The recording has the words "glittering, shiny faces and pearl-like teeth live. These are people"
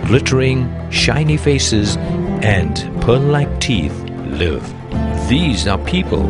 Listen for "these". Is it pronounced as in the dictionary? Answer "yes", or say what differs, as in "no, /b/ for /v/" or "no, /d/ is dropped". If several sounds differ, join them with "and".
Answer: yes